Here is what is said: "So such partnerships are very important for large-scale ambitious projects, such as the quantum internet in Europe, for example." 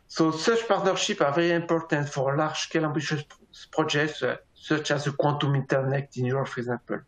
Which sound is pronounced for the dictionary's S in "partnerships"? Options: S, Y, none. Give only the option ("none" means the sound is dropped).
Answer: none